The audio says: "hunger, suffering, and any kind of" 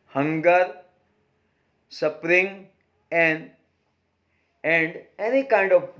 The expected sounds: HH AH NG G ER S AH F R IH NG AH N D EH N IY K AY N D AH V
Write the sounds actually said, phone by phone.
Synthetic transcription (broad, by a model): HH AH NG G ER S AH P R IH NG AH N D EH N IY K AY N D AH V